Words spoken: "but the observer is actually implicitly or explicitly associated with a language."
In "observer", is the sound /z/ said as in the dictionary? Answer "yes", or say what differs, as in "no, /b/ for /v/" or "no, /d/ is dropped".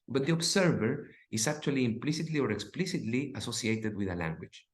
no, /s/ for /z/